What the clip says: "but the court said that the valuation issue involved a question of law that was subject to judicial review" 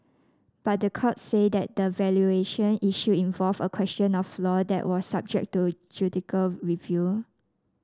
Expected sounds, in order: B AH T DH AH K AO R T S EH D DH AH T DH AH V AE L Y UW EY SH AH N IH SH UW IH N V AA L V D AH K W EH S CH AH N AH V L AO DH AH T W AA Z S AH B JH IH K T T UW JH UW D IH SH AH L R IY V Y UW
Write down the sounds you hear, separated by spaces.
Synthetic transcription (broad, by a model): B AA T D AH K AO T S EH D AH T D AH V AE L Y UW EY SH AH N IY SH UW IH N V AA L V AH K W EH S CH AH N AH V L AO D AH T W AA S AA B JH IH K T T UW JH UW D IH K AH L R IY V Y UW